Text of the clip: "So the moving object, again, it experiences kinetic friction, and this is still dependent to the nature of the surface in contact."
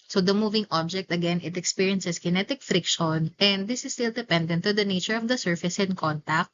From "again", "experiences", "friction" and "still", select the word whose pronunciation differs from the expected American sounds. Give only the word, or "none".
experiences